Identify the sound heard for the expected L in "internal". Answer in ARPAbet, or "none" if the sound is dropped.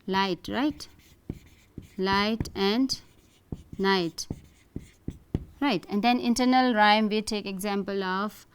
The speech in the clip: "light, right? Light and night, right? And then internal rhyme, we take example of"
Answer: L